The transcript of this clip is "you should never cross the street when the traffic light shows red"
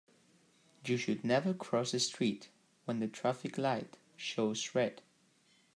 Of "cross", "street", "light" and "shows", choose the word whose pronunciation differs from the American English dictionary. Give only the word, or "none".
shows